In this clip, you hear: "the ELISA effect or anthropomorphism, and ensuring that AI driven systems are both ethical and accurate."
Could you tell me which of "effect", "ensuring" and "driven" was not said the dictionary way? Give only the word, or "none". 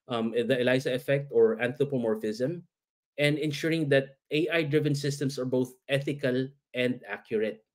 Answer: none